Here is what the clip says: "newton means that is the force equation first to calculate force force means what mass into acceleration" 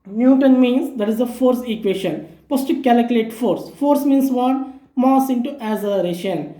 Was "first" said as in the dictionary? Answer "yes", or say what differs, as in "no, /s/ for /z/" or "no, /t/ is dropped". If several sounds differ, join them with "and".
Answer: no, /p/ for /f/